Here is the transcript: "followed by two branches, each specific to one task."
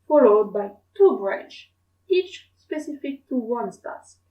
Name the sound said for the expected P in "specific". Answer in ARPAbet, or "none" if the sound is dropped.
P